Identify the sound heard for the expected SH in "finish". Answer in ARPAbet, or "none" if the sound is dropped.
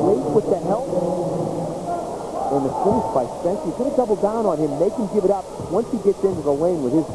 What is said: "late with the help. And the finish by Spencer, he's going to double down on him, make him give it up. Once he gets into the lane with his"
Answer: S